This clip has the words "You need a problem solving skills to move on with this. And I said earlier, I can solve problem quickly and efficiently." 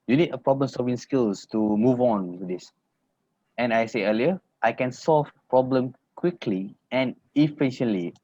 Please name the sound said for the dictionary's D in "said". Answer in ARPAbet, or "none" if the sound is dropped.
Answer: none